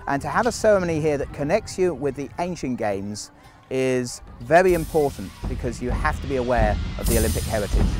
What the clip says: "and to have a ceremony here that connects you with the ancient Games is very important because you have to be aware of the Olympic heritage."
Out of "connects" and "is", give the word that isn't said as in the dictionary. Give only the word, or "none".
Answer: none